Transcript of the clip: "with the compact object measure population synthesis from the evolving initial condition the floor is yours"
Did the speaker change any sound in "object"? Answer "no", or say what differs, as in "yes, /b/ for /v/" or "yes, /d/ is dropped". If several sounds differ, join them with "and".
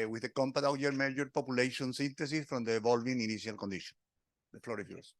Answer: yes, /k/ is dropped